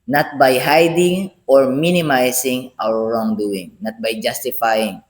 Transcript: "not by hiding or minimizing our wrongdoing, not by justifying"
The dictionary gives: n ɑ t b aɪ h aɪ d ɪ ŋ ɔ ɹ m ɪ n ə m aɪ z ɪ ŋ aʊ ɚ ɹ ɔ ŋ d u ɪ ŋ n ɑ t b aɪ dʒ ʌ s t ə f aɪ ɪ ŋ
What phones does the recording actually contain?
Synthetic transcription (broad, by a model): n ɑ t b aɪ h aɪ d ɪ ŋ ɔ ɹ m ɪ n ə m aɪ s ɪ ŋ aʊ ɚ ɹ ɔ ŋ d u ɪ ŋ n ɑ t b aɪ dʒ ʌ s t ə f aɪ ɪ ŋ